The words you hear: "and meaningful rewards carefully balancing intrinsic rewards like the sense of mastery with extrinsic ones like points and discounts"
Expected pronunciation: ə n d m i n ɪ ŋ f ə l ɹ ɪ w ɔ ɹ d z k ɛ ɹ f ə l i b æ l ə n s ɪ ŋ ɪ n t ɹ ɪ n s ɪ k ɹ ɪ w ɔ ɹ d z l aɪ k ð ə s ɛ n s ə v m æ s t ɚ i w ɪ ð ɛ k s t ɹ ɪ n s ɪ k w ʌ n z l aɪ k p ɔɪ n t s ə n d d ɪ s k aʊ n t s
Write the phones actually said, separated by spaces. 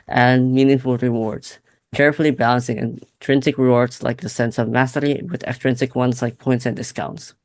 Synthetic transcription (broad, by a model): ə n m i n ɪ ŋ f l ɹ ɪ w ɔ ɹ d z k ɛ ɹ f l i b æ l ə n s ɪ ŋ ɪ n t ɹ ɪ n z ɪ k ɹ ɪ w ɔ ɹ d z l aɪ k ð ə s ɛ n s ə v m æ s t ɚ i w ɪ ð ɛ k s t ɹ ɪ n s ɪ k w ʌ n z l aɪ k p ɔɪ n t s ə n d d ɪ s k aʊ n t s